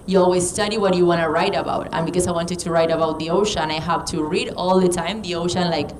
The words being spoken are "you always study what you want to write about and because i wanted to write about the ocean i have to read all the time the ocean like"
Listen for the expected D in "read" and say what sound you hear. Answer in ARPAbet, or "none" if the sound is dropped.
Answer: D